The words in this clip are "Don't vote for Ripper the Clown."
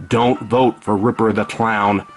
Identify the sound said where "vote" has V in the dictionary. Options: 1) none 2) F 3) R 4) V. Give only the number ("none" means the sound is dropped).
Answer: 4